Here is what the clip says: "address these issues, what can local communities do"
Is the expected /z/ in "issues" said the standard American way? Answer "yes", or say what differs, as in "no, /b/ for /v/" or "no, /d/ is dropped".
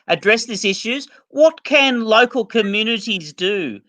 yes